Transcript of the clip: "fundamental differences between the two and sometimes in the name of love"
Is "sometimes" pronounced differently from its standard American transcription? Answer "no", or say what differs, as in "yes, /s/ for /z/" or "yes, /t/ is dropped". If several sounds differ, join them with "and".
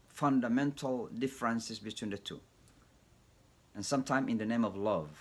yes, /z/ is dropped